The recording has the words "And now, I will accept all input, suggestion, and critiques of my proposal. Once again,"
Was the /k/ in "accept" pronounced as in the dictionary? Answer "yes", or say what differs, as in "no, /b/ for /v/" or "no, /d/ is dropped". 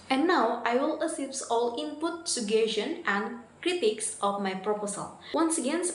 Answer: no, /k/ is dropped